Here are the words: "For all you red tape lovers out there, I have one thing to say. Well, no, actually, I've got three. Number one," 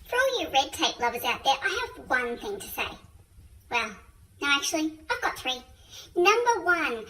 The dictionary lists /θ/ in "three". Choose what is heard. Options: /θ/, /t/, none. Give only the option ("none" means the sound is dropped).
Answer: /θ/